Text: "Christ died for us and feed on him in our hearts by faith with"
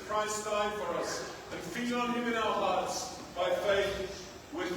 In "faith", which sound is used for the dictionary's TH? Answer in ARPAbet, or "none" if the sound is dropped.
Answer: TH